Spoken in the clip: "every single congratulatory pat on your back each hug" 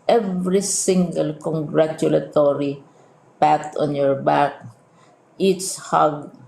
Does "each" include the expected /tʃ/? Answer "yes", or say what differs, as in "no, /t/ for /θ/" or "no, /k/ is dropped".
no, /s/ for /tʃ/